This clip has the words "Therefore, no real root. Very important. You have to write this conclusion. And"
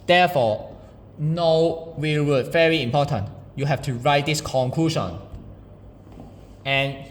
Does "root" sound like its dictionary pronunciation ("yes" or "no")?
no